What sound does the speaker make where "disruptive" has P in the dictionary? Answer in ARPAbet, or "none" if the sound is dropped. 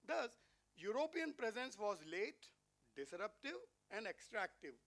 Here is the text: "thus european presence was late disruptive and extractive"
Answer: P